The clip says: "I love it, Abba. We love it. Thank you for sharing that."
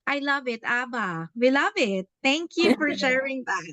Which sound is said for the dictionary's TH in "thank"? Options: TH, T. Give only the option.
T